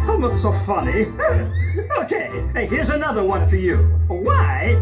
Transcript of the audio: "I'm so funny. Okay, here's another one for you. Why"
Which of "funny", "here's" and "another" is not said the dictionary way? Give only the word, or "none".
none